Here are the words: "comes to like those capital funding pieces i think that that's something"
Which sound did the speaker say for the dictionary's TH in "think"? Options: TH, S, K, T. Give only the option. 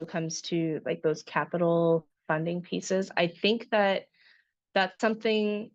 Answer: TH